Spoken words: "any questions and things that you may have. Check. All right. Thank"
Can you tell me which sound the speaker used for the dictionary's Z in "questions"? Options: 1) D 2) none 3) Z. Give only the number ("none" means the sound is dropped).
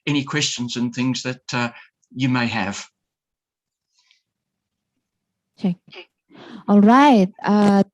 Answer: 3